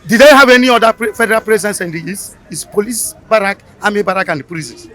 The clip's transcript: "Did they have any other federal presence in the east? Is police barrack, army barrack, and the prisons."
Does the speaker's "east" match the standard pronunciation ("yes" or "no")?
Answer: no